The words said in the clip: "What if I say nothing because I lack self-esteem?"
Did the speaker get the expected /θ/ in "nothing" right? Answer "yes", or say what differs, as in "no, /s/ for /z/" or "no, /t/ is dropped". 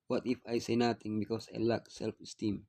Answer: no, /t/ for /θ/